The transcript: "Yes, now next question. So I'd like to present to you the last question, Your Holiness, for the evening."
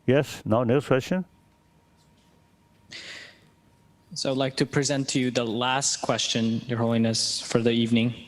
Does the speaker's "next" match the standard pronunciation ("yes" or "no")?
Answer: no